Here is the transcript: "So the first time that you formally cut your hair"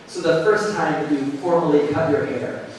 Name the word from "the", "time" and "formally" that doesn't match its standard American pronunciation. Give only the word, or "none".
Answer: none